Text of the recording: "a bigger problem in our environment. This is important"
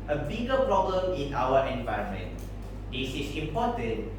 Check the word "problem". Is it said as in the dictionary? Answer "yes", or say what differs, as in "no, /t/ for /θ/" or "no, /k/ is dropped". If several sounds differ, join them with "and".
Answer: yes